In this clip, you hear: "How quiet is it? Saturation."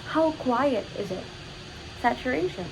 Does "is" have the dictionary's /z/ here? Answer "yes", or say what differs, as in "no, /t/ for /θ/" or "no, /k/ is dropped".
yes